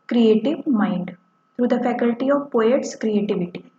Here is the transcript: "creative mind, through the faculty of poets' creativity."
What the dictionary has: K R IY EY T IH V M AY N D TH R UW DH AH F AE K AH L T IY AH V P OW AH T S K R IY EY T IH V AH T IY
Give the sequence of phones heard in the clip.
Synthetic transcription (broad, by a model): K R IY EY T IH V M AY N D T R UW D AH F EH K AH L T IY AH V P OW AH T S K R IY EY T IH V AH T IY